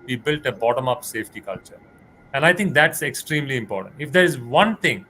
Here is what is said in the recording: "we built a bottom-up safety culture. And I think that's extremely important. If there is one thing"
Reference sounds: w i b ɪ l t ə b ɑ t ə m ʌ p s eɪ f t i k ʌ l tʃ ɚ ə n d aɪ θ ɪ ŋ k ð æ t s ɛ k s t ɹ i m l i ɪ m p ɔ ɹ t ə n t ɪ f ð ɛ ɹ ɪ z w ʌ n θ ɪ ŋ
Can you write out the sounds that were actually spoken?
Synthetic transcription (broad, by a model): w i b ɪ l t ə b ɑ t ə m ʌ p s eɪ f t i k ʌ l tʃ ɚ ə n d aɪ t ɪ ŋ k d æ t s ɛ k s t ɹ i m l i ɪ m p ɔ ɹ t ə n t ɪ f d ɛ ɹ ɪ z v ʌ n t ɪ ŋ